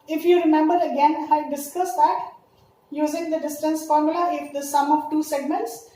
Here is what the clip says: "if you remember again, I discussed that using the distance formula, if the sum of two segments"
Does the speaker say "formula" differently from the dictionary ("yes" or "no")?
no